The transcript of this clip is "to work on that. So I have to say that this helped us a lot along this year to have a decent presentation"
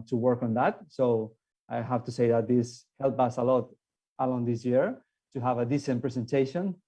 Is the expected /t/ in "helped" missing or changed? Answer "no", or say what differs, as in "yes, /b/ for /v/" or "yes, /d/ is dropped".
yes, /t/ is dropped